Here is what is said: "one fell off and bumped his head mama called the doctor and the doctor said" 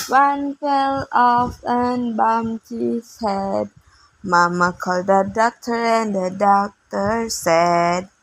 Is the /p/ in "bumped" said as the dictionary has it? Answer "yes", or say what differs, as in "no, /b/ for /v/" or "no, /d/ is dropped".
no, /p/ is dropped